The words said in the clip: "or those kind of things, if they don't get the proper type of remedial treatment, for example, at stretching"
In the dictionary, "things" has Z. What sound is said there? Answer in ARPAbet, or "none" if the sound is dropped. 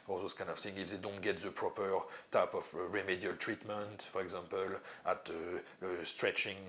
none